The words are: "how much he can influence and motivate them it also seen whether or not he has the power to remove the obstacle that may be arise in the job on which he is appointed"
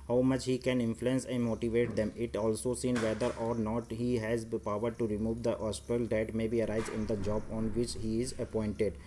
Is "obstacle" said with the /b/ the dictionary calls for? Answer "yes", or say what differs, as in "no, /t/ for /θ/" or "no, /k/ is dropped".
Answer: no, /b/ is dropped